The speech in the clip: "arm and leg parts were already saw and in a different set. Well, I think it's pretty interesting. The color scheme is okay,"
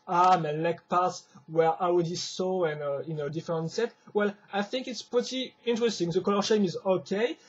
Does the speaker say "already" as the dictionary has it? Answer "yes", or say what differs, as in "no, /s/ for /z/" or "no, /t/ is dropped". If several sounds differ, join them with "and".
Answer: no, /w/ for /ɹ/